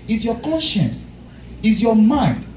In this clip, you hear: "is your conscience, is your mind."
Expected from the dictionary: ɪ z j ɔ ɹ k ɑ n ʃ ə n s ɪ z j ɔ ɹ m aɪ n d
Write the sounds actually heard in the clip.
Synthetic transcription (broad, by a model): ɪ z j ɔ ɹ k ɑ n ʃ ə n s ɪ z j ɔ m aɪ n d